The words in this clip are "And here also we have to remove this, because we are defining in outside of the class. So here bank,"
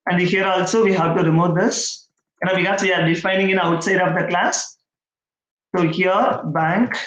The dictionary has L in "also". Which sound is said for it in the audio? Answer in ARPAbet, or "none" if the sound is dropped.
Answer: L